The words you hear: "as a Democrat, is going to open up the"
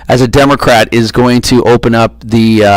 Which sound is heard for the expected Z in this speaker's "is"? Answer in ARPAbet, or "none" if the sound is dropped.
Z